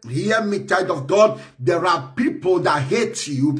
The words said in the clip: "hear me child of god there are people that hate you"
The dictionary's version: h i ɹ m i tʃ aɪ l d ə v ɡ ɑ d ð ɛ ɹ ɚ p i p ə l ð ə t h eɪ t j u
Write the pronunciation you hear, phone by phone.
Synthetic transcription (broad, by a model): h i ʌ m i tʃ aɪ d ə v ɡ ɑ d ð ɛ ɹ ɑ p i p ə l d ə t h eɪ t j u